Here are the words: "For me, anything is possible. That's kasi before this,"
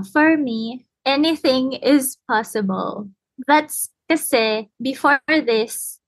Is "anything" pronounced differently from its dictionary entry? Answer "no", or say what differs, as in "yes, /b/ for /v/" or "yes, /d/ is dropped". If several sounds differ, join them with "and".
no